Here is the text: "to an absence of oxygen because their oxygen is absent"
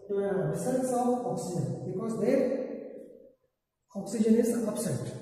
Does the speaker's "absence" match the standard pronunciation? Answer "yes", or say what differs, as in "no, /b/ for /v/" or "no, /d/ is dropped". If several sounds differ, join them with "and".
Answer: no, /b/ is dropped